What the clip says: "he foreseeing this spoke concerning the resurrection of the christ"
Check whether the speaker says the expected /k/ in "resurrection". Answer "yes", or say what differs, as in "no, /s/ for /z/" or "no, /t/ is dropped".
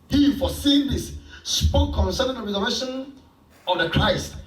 no, /k/ is dropped